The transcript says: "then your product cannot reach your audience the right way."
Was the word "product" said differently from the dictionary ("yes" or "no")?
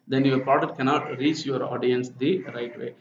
yes